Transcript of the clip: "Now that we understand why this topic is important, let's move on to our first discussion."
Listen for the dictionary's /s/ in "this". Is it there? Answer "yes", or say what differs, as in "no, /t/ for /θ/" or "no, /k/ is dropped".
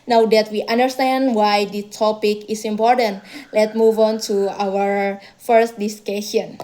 no, /s/ is dropped